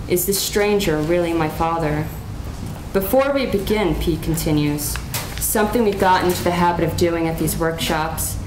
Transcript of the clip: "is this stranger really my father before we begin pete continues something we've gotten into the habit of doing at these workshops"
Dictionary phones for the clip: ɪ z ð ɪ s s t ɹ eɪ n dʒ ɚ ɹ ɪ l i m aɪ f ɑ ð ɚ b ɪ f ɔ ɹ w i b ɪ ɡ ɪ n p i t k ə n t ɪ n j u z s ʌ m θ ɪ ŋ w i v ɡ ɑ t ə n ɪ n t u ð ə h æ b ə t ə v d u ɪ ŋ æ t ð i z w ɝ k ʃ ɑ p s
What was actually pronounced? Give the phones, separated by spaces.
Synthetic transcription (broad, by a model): ɪ z ð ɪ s s t ɹ eɪ n dʒ ɚ ɹ ɪ l i m aɪ f ɑ ð ɚ b ɪ f ɔ ɹ w i b ɪ ɡ ɪ n p i k n t ɪ n j u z s ʌ m θ ɪ ŋ w i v ɡ ɑ t ɪ n t u ð ə h æ b ə t ə v d u ɪ ŋ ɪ t ð i z w ɝ k ʃ ɑ p s